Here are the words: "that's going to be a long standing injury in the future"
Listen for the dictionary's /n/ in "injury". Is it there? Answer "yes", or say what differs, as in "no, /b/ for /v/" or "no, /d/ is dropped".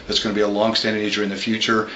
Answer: no, /n/ is dropped